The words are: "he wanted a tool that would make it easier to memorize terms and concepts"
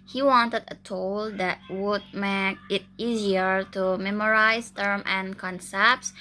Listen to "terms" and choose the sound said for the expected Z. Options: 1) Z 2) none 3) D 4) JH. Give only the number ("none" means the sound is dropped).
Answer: 2